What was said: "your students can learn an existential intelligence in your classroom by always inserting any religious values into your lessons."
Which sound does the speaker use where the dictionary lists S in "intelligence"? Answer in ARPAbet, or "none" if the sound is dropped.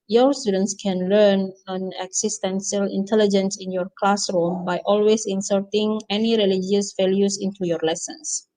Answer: S